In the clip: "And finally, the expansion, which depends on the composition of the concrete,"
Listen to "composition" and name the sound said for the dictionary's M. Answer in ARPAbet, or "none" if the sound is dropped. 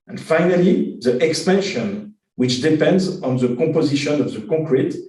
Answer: none